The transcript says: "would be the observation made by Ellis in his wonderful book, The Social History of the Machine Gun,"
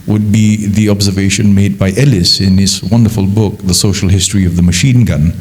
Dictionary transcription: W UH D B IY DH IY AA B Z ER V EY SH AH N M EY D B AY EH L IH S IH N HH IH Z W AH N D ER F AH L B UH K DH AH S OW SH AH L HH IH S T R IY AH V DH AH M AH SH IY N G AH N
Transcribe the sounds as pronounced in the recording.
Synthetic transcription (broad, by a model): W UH D B IY DH IY AA B Z ER V EY SH AH N M EY D B AY EH L IH S IH N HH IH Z W AH N D ER F AH L B UH K DH AH S OW SH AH L HH IH S T R IY AH V DH AH M AH SH IY N G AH N